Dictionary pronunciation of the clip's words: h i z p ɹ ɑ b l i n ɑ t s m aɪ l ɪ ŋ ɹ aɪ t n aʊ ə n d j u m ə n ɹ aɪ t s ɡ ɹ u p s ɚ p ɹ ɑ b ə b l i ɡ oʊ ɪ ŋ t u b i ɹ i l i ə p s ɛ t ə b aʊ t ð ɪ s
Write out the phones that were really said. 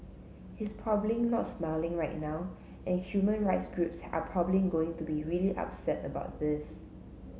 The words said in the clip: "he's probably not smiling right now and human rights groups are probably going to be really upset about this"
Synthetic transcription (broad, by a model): h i s p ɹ ɑ b l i n ɑ t s m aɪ l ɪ ŋ ɹ aɪ t n aʊ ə n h j u m ə n ɹ aɪ t s ɡ ɹ u p s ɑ p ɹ ɑ b ə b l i ɡ oʊ ɪ ŋ t u b i ɹ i l i ə p s ɛ t ə b aʊ t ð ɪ s